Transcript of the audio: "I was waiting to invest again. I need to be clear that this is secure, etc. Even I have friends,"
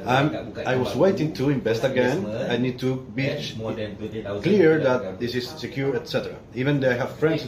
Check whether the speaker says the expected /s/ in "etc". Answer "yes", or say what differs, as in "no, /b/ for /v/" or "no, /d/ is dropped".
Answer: yes